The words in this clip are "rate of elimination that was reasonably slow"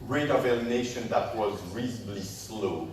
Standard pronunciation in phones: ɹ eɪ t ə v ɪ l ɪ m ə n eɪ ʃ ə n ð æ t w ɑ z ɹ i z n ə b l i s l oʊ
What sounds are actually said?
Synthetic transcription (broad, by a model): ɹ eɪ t ə v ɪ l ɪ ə n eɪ ʃ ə n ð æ t w ɑ z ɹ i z ə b l i s l oʊ